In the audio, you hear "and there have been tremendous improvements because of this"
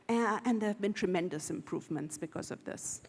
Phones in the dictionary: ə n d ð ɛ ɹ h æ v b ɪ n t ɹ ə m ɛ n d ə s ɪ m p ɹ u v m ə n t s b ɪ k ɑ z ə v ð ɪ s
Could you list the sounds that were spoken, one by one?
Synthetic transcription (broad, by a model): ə n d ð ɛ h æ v b ɪ n t ɹ ə m ɛ n d ə s ɪ m p ɹ u v m ə n t s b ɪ k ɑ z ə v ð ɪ s